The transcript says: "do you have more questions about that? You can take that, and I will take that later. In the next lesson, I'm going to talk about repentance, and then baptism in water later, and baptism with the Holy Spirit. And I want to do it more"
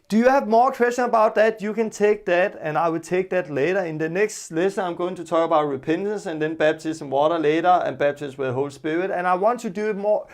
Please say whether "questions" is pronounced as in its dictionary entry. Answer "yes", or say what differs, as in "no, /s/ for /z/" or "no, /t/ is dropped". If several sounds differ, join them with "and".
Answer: no, /z/ is dropped